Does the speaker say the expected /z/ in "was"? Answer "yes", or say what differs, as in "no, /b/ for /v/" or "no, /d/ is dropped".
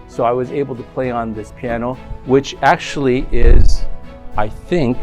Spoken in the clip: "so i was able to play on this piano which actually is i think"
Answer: yes